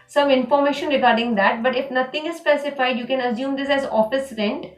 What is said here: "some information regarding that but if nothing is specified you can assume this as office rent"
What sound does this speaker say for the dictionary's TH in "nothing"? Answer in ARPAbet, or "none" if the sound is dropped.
T